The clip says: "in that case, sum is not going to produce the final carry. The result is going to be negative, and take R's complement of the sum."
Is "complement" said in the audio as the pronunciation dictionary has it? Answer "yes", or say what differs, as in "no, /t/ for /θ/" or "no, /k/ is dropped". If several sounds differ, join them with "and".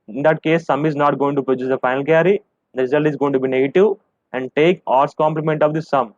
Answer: yes